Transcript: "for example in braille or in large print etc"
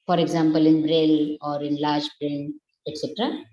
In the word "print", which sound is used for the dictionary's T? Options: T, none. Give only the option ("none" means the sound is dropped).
none